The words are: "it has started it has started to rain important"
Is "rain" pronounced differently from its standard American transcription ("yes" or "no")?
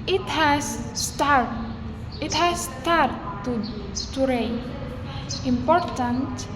yes